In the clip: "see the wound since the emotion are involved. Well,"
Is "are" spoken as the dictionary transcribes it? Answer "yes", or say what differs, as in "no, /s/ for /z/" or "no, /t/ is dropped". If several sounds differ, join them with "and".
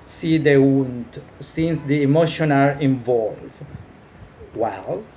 yes